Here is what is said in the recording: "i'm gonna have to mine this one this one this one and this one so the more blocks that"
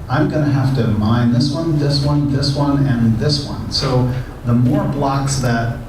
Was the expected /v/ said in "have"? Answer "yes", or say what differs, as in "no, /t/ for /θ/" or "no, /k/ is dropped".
no, /f/ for /v/